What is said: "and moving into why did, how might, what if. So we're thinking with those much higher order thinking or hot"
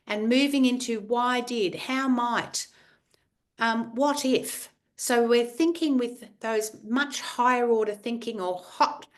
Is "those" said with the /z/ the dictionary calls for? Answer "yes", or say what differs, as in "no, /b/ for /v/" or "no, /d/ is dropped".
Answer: yes